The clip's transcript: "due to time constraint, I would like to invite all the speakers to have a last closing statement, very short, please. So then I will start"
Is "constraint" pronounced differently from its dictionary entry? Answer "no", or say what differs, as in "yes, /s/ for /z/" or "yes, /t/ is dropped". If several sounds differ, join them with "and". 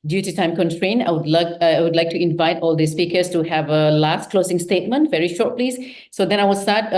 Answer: yes, /s/ is dropped and /t/ is dropped